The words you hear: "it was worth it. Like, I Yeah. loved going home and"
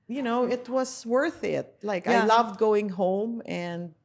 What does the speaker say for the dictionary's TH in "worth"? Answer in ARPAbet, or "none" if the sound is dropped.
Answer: TH